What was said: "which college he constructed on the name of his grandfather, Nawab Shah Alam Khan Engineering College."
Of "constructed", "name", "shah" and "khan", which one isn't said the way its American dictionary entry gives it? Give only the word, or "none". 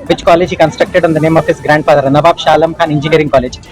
none